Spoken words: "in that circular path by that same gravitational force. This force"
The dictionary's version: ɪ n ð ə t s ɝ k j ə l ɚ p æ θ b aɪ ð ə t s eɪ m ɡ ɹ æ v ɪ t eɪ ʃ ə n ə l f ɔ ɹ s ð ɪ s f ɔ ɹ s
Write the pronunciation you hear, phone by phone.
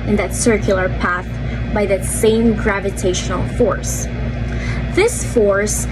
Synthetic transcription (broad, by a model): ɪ n ð ə t s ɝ k j l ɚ p æ θ b aɪ ð ə t s eɪ m ɡ ɹ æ v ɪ t eɪ ʃ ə n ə l f ɔ ɹ s ð ɪ s f ɔ ɹ s